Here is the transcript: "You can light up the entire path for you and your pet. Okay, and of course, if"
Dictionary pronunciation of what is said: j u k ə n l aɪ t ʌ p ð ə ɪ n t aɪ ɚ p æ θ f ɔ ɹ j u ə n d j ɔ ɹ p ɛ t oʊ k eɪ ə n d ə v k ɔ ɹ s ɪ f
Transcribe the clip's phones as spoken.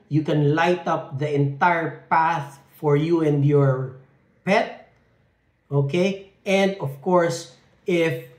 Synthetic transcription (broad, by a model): j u k ə n l aɪ t ʌ p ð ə ɪ n t aɪ ɚ p æ θ f ɔ ɹ j u ə n d j ɔ ɹ p ɛ t oʊ k eɪ ə n d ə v k ɔ ɹ s ɪ f